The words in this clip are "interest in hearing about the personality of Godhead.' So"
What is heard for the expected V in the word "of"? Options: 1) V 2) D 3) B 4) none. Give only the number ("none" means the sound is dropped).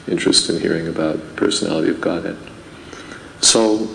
1